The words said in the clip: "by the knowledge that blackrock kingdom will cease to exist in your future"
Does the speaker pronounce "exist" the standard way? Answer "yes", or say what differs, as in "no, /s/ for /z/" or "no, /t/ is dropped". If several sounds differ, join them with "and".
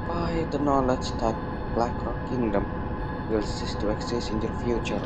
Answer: no, /t/ is dropped